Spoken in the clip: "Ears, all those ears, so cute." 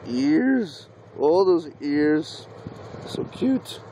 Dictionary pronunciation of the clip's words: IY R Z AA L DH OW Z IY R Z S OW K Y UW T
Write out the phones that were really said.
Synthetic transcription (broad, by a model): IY R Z AA L DH OW Z IY R Z S OW K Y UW T